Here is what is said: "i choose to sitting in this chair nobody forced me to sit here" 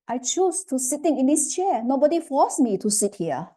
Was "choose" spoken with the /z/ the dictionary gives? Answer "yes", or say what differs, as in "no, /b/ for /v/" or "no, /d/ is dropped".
no, /s/ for /z/